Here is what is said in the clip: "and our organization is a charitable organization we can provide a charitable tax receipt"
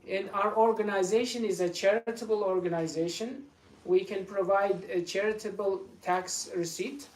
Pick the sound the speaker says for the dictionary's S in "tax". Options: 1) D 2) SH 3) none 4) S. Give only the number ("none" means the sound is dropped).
4